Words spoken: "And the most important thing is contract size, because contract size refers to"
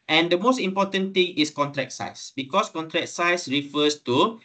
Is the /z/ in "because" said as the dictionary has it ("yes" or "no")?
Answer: no